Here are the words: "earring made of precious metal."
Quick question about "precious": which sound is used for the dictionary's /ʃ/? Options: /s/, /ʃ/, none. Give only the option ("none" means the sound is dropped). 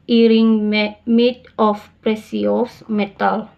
/s/